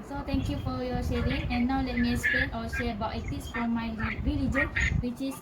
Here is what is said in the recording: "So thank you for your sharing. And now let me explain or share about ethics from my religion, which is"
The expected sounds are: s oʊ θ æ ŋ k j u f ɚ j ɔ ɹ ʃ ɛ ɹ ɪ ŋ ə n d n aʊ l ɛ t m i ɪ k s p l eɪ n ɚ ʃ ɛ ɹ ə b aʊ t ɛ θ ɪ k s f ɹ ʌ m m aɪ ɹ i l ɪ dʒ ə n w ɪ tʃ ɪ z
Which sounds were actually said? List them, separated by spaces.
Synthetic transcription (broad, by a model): s oʊ t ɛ ŋ k j u f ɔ j ɔ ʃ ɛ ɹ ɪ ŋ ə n n aʊ l ɛ t m i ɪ s p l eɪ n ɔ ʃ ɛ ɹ ə b aʊ t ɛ t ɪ s f ɹ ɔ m m aɪ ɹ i l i dʒ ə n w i tʃ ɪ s